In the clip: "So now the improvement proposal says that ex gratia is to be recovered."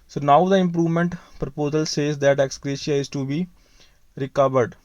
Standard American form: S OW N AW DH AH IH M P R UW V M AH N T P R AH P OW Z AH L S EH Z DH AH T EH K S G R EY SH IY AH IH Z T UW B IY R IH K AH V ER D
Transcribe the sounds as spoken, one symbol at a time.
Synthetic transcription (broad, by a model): S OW N AW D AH IH M P R UW V M AH N T P R AH P OW Z AH L S EH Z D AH T EH K S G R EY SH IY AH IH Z T UW B IY R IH K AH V ER D